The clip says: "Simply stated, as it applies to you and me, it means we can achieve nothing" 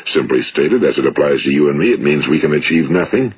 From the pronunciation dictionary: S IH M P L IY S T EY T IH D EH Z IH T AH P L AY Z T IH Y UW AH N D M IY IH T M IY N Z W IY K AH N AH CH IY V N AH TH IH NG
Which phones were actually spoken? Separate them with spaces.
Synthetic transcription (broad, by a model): S IH M P L IY S T EY T IH D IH Z IH T AH P L AY Z T IH Y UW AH N M IY IH T M IY N Z W IY K AH N AH CH IY V N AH TH IH NG